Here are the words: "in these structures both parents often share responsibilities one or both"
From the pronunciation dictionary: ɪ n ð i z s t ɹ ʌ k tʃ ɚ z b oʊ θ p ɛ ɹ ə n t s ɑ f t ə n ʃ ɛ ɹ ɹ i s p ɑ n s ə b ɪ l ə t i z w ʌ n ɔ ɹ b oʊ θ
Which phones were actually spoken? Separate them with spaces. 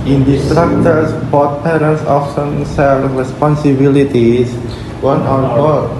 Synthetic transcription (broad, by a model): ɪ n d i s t ɹ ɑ k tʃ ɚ s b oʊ t p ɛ ɹ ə n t s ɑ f s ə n s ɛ l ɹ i s p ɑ n s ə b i l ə t i s w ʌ n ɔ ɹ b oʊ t